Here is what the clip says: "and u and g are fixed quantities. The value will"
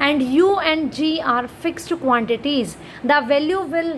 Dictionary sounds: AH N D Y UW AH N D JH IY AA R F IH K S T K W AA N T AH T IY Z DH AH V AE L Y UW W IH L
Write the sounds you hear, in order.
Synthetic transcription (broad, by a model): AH N D Y UW AH N D JH IY AA R F IH K S T K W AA N T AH T IY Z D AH V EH L Y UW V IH L